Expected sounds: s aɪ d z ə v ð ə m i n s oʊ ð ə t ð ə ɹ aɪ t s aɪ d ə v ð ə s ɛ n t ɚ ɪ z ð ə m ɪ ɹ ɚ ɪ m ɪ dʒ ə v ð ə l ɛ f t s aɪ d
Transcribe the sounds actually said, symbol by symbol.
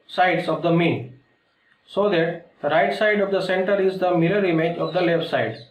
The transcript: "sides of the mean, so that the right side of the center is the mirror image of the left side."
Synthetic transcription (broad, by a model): s aɪ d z ə v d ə m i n s oʊ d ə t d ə ɹ aɪ t s aɪ d ə v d ə s ɛ n t ɚ ɪ z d ə m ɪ l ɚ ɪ m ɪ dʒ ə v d ə l ɛ f t s aɪ d